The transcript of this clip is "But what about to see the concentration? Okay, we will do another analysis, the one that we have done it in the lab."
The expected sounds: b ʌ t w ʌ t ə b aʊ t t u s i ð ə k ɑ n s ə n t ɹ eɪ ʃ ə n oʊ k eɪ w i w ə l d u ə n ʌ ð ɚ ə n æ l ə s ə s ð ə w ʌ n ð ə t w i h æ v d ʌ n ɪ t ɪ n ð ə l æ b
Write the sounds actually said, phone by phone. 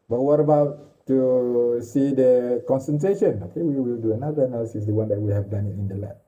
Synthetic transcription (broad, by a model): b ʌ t w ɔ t ə b aʊ t t u s i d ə k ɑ n s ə n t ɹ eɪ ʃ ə n oʊ k eɪ w i w ə l d u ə n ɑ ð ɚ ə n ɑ ə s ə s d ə w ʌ n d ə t w i h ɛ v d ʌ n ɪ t ɪ n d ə l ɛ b